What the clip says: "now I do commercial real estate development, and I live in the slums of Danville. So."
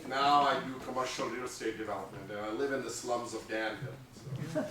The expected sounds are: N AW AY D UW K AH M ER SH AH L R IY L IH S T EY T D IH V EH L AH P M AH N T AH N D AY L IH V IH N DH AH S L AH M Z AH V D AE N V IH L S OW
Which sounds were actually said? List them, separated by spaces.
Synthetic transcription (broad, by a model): N AW AY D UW K AH M ER SH AH L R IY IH S T EY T D IH V EH L AH P M AH N T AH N AY L IH V IH N DH AH S L AH M Z AH V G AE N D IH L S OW